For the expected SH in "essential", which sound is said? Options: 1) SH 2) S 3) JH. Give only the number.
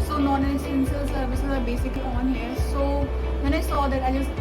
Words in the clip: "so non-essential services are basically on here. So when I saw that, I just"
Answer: 2